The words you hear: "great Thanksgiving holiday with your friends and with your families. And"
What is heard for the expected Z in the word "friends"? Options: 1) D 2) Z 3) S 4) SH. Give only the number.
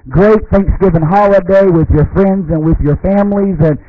2